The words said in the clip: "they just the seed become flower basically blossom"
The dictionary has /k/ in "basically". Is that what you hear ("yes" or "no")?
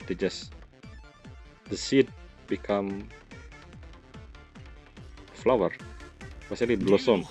no